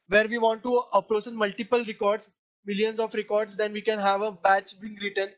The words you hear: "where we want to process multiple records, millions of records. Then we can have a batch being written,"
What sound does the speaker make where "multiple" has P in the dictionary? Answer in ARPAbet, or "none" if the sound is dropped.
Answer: P